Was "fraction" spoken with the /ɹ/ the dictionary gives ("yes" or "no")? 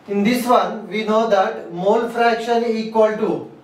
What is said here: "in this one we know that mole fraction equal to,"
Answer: yes